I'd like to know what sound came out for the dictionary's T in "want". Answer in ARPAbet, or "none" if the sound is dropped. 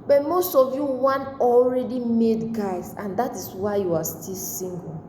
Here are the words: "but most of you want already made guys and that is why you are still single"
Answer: none